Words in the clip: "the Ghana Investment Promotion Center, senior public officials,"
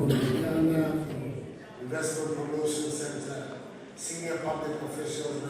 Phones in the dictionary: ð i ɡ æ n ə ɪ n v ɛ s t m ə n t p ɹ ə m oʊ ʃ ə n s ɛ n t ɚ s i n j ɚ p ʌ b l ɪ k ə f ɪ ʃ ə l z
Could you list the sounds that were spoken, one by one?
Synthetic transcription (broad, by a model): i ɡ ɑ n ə ɪ n v ɛ s t m ə n t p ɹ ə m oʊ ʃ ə l s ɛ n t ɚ s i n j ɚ p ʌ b l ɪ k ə f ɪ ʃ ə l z